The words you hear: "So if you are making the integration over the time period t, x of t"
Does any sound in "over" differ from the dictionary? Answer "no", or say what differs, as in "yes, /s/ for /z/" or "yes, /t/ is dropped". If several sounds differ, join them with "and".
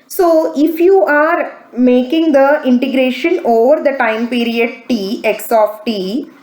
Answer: no